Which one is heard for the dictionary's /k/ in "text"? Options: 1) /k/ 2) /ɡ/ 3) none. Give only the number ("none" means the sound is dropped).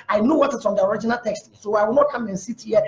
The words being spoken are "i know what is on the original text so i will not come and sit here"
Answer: 1